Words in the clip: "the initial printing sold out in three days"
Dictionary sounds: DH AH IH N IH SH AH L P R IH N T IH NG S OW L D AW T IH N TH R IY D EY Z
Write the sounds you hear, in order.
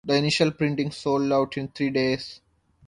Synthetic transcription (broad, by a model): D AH IH N IH SH AH L P R IH N T IH NG S OW L D AW T IH N T R IY D EY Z